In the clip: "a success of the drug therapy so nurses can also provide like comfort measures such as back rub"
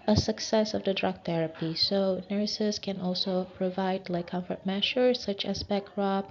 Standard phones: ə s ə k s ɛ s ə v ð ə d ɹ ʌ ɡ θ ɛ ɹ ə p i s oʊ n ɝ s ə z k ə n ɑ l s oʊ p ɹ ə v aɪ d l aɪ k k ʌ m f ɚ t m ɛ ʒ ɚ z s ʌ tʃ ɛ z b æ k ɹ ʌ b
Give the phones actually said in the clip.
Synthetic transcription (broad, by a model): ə s ə k s ɛ s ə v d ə d ɹ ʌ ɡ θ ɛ ɹ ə p i s oʊ n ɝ s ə s k ə n ɑ l s oʊ p ɹ ə v aɪ d l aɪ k k ʌ m f ɚ t m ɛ ʃ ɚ s ʌ tʃ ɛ s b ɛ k ɹ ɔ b